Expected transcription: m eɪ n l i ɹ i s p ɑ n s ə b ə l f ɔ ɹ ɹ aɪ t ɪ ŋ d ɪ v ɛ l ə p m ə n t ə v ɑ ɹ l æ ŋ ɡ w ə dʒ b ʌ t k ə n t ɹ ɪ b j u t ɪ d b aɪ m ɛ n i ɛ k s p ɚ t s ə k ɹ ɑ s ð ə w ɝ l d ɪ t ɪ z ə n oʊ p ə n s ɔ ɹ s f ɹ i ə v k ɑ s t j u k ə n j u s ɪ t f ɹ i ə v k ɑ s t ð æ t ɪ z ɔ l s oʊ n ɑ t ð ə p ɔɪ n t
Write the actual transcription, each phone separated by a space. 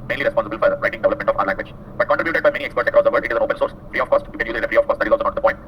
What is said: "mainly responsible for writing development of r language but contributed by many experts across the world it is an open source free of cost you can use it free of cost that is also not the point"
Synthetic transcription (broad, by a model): m eɪ n l i ɹ i s p ɑ n s ə b ə l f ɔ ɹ ɹ aɪ t ɪ ŋ d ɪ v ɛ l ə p m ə n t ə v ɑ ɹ l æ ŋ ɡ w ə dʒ b ʌ t k ə n t ɹ ɪ b j u t ɪ d b aɪ m ɛ n i ɛ k s p ɚ t s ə k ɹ ɑ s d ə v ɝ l d ɪ t ɪ z ə n oʊ p ə n s ɔ ɹ s f ɹ i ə f k ɑ s t j u k ə n j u ɪ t f ɹ i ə f k ɑ s t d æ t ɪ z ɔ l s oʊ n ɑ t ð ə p ɔɪ n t